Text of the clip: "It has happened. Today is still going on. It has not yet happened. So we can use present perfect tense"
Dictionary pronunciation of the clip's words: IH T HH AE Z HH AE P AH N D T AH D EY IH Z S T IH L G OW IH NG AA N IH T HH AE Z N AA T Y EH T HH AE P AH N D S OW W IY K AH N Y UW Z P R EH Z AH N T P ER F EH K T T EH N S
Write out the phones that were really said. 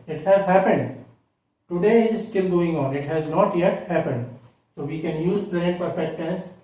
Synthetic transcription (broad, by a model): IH T HH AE Z HH AE P AH N D T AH D EY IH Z S T IH L G OW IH NG AA N IH T HH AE Z N AA T Y EH T HH AE P AH N D S OW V IY K AH N Y UW Z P L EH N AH T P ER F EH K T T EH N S